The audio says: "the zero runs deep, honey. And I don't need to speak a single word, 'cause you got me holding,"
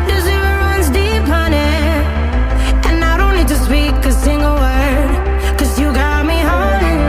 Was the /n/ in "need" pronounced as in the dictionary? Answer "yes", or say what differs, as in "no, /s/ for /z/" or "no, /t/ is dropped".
no, /l/ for /n/